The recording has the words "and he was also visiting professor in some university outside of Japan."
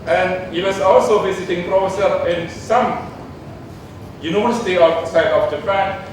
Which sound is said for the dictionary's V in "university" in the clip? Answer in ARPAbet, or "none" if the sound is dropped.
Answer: none